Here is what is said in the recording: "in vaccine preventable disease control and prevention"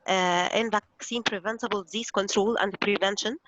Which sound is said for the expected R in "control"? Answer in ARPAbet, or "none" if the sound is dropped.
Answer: R